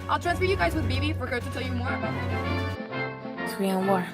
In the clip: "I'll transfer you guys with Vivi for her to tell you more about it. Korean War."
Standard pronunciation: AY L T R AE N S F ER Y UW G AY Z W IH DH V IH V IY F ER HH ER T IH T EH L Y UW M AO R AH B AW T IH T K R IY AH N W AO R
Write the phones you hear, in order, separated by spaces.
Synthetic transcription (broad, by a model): AY L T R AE N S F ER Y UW G AY Z W IH DH B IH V IY F ER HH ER T IH T EH L Y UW M AO R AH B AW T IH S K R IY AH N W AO R